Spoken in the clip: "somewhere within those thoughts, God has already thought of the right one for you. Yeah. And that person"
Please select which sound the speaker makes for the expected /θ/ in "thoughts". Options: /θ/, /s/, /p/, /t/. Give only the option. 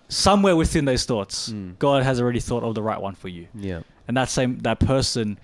/θ/